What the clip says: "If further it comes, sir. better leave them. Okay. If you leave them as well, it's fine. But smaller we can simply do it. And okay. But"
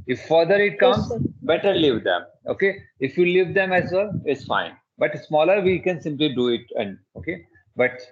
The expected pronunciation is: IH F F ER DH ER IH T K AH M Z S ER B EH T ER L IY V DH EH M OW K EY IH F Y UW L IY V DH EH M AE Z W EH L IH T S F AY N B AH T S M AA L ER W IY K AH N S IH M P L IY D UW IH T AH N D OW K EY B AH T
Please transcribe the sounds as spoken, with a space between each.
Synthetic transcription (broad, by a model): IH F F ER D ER IH T K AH M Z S B EH T ER L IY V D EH M OW K EY IH F Y UW L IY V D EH M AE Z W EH L IH T S F AY N B AH T S M AA L ER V IY K AH N S IH M P L IY D UW IH T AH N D OW K EY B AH T